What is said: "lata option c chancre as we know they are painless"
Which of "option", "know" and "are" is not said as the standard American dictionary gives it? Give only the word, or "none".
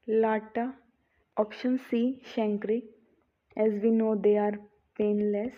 none